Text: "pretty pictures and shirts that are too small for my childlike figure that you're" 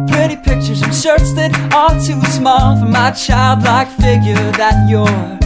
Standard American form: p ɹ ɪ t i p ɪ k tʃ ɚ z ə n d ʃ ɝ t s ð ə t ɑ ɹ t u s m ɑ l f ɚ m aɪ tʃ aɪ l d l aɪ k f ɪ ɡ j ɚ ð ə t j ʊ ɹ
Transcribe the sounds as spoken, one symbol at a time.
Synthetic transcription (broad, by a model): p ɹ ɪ t i p ɪ k tʃ ɚ z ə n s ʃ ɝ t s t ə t ɑ l t u s m ɑ l f ɚ m aɪ tʃ aɪ l d l aɪ k f ɪ ɡ j ɚ ð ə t j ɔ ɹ